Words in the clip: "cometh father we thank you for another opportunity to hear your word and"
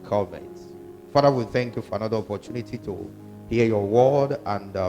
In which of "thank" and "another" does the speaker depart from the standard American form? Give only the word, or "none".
none